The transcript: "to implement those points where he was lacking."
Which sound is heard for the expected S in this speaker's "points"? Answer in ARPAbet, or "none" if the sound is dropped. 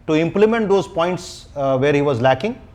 S